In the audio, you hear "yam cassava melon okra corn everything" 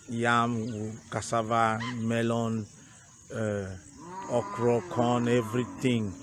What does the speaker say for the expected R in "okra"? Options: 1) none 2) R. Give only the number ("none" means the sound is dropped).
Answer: 2